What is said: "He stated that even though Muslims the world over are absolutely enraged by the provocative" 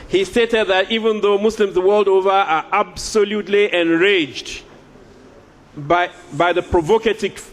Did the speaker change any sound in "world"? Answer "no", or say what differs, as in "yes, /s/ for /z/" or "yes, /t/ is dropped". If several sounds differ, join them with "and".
no